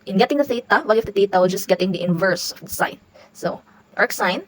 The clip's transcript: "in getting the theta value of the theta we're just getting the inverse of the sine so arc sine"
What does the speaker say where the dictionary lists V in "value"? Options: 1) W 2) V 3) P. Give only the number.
1